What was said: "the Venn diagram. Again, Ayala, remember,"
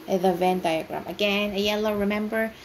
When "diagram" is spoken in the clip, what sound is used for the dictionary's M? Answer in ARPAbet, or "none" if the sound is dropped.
M